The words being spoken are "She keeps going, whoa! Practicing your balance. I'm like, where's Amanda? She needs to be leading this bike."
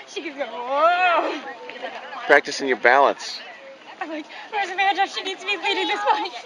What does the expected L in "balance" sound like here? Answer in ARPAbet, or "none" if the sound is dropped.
L